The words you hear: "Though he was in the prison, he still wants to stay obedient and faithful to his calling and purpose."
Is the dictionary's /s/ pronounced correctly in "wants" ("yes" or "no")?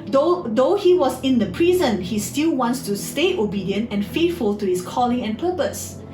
yes